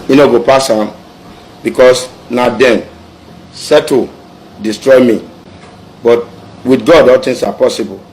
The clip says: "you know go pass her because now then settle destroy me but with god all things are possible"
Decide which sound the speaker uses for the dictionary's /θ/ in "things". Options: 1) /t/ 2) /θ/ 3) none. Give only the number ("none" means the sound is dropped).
1